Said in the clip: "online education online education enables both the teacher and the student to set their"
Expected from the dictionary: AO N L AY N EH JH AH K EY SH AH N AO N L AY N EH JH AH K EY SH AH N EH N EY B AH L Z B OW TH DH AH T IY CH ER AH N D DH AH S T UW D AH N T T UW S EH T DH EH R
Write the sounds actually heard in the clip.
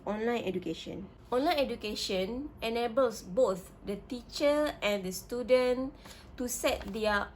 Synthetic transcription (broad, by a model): AO N L AY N EH JH AH K EY SH AH N AO N L AY N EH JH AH K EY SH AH N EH N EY B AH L S B OW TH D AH T IY CH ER AH N D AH S T UW D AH N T T UW S EH T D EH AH